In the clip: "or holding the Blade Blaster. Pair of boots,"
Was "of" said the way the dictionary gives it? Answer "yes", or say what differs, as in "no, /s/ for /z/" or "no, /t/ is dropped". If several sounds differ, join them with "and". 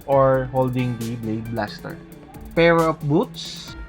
no, /p/ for /v/